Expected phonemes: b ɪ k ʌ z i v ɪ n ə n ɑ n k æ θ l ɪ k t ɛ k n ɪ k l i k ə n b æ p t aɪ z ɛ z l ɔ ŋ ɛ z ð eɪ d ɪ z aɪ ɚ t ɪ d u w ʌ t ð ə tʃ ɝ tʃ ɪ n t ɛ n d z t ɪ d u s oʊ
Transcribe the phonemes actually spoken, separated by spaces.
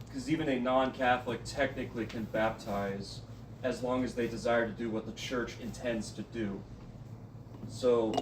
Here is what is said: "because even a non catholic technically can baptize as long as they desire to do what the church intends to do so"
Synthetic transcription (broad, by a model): k ʌ z i v ɪ n ə n ɑ n k æ θ l ɪ k t ɛ k n ɪ k l i k ə n b æ p t aɪ z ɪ z l ɔ ŋ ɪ z ð eɪ d ɪ z aɪ ɚ t ɪ d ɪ w ʌ t ð ə tʃ ɝ tʃ ɪ n t ɛ n d z t ɪ d u s oʊ